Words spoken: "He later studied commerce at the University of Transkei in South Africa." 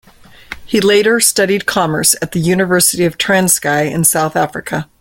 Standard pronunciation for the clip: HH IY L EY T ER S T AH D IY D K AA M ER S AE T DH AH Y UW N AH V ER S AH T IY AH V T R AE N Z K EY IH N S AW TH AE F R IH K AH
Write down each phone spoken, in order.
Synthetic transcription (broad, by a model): HH IY L EY T ER S T AH D IY D K AA M ER S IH T DH AH Y UW N AH V ER S AH T IY AH V T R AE N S K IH IH N S AW TH AE F R IH K AH